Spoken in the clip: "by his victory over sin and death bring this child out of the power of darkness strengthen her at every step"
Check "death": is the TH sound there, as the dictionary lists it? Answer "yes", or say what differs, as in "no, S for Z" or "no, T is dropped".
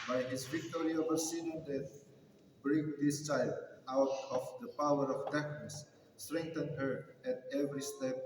no, T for TH